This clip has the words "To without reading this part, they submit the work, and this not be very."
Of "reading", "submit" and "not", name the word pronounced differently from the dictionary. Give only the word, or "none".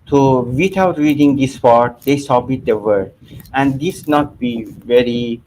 submit